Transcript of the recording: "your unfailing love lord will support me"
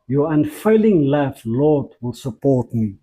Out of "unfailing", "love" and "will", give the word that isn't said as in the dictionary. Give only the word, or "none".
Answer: love